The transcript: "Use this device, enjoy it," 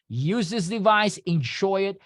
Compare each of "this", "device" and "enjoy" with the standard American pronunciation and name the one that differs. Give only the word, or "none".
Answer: enjoy